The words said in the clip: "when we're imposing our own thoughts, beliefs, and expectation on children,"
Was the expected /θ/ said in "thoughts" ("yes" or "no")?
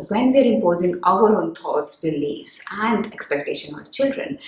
no